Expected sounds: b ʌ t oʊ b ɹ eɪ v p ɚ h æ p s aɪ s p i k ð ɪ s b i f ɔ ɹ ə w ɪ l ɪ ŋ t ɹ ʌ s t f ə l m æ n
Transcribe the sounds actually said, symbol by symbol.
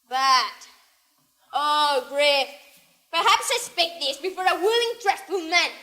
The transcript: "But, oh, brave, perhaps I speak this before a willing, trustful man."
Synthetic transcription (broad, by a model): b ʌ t oʊ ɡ ɹ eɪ f p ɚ h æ p s aɪ s p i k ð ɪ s b i f ɔ ɹ ə w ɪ l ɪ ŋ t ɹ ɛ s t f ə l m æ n